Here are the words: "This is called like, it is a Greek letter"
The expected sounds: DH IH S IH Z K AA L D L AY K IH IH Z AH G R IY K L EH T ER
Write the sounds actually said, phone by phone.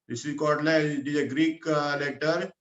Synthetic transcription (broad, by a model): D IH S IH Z K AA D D L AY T IH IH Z AH G R IY K L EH T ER